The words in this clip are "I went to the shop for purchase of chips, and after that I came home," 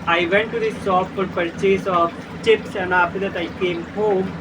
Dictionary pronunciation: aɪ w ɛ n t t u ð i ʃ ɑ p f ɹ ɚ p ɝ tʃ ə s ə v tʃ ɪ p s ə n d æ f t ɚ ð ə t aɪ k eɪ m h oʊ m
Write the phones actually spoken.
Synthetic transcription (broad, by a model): aɪ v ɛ n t t u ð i s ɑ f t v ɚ p ɝ tʃ ə s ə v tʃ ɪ p s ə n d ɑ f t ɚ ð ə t aɪ k eɪ m h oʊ m